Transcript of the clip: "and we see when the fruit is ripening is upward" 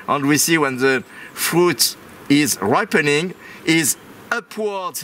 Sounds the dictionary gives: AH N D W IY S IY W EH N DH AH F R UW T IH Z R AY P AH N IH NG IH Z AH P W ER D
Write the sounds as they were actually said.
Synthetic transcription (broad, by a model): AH N D W IY S IY W EH N DH AH F R UW T IH Z R AY P AH N IH NG IH Z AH P W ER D